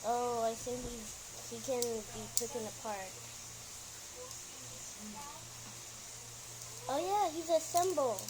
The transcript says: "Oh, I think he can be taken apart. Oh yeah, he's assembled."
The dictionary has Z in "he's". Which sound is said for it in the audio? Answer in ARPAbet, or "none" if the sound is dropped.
Z